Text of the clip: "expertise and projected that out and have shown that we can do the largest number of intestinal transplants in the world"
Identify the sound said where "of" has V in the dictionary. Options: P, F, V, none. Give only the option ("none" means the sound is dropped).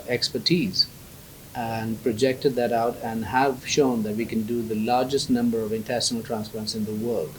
V